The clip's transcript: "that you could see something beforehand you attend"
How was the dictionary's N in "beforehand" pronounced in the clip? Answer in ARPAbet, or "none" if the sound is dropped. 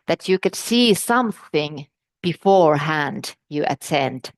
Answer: N